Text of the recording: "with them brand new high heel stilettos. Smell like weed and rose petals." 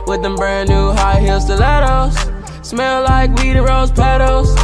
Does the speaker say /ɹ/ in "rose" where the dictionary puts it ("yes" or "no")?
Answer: yes